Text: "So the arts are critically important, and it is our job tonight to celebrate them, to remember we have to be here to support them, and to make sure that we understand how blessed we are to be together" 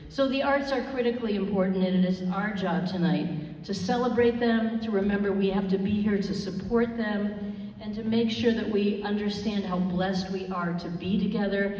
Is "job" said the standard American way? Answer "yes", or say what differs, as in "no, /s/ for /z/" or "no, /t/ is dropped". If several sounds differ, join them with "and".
yes